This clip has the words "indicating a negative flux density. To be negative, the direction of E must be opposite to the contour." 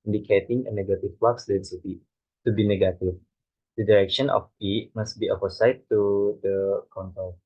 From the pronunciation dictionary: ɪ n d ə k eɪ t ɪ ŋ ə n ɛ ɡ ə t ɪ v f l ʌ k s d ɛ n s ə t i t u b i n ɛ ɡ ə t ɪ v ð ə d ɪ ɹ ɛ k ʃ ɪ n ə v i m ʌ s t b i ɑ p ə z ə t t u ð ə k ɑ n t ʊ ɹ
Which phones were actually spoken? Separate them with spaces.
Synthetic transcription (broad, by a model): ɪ n d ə k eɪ t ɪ ŋ ə n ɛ ɡ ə t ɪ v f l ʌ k s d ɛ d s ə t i t u b i n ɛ ɡ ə t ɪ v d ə d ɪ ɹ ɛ k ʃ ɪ n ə f i m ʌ s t b i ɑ f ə s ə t t u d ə k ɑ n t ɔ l